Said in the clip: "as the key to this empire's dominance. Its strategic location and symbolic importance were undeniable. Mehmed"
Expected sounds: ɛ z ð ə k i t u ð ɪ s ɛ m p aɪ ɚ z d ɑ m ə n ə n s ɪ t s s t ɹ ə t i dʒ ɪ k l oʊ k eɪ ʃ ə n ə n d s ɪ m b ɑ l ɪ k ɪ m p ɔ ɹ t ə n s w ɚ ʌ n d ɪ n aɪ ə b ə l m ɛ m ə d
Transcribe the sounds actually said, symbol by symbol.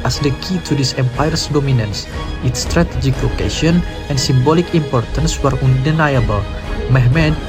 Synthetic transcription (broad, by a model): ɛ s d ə k i t u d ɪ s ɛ m p aɪ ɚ s d ɑ m ə n ə n s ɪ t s s t ɹ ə t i dʒ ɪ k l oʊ k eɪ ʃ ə n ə n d s ɪ m b ɑ l ɪ k ɪ m p ɔ ɹ t ə n s w ɚ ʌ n d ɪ n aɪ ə b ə l m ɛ m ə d